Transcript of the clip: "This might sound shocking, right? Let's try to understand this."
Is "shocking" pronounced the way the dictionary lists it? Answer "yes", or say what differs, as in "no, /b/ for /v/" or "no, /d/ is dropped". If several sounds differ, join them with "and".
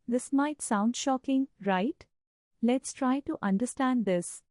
yes